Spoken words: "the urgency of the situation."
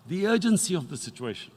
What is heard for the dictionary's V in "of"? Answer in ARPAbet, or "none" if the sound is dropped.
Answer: V